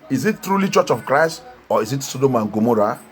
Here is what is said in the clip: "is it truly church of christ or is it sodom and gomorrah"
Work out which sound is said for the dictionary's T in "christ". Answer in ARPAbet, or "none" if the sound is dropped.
T